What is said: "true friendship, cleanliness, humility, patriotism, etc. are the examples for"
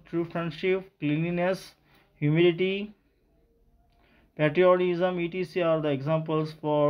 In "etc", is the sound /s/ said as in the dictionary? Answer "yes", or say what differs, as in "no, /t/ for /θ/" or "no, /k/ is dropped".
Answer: no, /s/ is dropped